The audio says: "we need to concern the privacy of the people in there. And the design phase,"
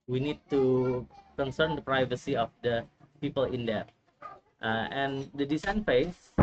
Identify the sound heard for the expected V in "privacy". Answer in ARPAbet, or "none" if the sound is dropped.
V